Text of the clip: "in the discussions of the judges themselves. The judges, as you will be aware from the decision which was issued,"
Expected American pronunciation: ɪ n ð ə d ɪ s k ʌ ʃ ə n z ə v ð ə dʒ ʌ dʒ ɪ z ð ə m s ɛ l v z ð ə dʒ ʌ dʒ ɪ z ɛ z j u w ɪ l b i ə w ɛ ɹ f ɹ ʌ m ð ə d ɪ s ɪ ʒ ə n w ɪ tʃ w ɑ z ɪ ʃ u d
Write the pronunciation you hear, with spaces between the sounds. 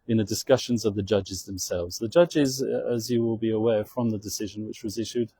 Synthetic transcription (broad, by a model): ɪ n ð ə d ɪ s k ʌ ʃ ə n z ə v ð ə dʒ ʌ dʒ ɪ z ð ə m s ɛ l v z ð ə dʒ ʌ dʒ ɪ z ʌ z j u w ɪ l b i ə w ɛ f ɹ ʌ m ð ə d ɪ s ɪ ʒ ə n w ɪ tʃ w ɑ z ɪ ʃ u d